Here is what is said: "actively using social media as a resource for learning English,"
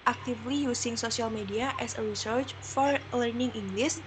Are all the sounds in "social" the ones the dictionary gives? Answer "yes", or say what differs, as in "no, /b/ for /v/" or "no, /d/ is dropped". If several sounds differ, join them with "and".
no, /s/ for /ʃ/